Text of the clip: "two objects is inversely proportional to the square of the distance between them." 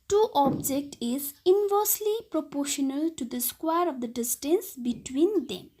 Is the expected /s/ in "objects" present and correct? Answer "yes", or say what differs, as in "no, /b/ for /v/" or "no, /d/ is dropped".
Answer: no, /s/ is dropped